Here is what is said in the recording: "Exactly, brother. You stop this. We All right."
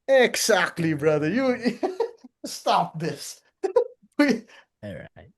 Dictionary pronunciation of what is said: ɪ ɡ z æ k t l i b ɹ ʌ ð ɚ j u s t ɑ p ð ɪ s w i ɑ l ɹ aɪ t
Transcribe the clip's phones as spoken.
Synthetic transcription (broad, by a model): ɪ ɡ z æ k t l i b ɹ ʌ ð ɚ j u s t ɑ p ð ɪ s w i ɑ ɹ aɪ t